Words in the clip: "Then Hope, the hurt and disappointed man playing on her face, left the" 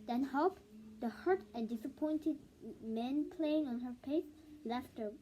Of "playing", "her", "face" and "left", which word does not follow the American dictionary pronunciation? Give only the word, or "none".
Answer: face